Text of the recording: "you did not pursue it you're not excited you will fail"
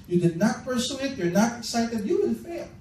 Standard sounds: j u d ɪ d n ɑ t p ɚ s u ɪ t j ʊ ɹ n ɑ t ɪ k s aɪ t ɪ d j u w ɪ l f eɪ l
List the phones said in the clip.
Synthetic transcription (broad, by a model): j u d ɪ d n ɑ t p ɚ s u ɪ t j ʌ ɹ n ɑ t ɪ k s aɪ t ɪ d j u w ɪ n f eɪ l